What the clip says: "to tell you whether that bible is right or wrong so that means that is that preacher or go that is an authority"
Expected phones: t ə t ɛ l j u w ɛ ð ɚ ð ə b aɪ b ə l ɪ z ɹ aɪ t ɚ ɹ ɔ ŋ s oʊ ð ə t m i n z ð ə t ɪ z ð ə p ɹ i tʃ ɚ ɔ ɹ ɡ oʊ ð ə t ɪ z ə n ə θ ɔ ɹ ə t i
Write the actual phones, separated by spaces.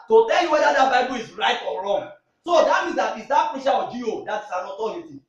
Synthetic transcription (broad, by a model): t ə t ɛ l j u w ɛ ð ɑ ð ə b aɪ b ə l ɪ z ɹ aɪ t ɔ ɹ ɔ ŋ s oʊ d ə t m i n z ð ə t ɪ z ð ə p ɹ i ʃ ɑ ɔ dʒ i oʊ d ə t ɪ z ə n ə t ɔ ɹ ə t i